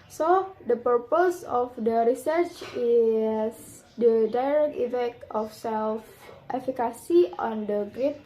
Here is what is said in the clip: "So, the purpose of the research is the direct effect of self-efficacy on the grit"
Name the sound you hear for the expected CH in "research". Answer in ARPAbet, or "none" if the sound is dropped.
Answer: CH